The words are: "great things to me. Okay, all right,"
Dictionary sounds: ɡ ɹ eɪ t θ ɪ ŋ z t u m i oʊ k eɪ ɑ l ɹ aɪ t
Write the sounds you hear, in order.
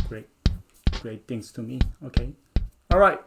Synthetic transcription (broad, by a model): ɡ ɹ eɪ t t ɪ ŋ s t u m i oʊ k eɪ ɑ l ɹ aɪ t